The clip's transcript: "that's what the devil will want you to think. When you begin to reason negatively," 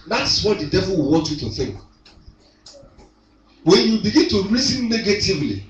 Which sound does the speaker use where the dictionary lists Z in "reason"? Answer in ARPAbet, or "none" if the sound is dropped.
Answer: S